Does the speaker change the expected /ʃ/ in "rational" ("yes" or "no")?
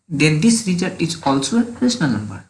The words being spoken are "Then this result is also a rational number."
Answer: yes